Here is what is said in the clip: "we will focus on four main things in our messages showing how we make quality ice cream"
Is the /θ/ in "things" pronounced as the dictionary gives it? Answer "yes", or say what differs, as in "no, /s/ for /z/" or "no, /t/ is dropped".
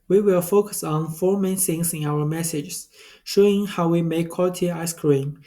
no, /s/ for /θ/